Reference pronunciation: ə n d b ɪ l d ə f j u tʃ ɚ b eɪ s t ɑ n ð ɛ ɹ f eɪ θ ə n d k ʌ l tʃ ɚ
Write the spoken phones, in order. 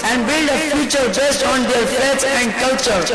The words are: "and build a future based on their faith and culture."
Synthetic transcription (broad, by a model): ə n d b ɪ l d ə f j u tʃ ɚ b eɪ s t ɑ n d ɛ ɹ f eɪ s ə n d k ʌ l tʃ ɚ